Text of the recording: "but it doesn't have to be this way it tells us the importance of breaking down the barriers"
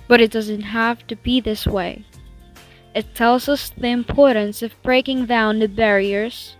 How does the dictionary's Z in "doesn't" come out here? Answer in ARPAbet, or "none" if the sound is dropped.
Z